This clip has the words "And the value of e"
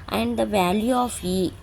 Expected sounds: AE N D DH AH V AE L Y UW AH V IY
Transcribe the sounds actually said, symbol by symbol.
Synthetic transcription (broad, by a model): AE N D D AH V AE L Y UW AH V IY